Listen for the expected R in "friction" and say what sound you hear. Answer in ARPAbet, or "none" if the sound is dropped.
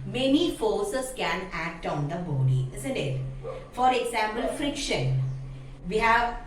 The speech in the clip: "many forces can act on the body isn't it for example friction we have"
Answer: R